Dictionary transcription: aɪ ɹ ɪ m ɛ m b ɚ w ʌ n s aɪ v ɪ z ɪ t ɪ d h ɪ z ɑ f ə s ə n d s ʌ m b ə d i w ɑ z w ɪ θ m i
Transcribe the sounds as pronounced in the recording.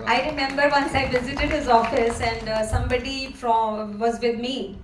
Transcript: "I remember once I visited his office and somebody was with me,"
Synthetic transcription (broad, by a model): aɪ ɹ ɪ m ɛ m b ɚ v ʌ n s aɪ v ɪ z ɪ t ɪ d h ɪ z ɑ f ə s ə n d s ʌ m b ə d i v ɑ z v ɪ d m i